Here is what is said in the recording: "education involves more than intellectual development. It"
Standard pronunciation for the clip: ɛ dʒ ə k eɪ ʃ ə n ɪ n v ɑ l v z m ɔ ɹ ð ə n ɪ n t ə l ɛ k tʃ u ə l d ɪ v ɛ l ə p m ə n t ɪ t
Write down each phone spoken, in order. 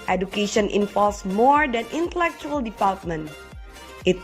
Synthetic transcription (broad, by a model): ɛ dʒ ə k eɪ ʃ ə n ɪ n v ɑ l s m ɔ ɹ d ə n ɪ n t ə l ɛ k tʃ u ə l d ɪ p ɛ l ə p m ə n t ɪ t